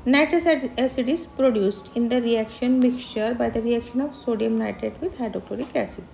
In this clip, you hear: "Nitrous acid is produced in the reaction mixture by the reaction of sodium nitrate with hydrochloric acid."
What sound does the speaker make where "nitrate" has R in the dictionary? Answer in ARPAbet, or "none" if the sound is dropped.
none